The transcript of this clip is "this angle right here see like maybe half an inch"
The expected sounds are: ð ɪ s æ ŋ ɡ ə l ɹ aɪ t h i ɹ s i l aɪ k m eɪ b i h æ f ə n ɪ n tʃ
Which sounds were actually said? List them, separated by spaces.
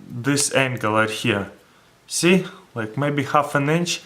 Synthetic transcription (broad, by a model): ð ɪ s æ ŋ ɡ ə l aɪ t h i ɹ s i l aɪ k m eɪ b i h æ f ə n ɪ n tʃ